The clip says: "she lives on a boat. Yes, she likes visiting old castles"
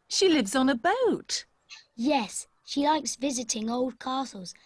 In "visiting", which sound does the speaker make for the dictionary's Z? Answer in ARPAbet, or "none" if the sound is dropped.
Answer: Z